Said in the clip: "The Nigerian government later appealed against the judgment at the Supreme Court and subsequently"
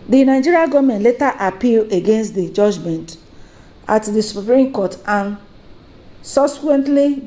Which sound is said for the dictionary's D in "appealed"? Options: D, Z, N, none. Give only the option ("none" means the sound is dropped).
none